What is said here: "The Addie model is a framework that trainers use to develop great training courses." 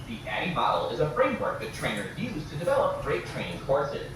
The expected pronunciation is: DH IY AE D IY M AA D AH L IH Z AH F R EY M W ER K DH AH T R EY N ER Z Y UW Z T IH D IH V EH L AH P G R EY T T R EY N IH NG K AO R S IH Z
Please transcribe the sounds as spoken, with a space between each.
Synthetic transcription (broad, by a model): DH IY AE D IY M AA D L IH Z AH F R EY M W ER K DH AH T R EY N ER Y UW Z T IH D IH V EH L AH P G R EY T T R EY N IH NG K AO R S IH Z